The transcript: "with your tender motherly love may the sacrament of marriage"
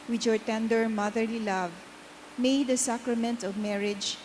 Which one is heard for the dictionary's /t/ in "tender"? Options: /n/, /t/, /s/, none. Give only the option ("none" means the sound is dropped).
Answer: /t/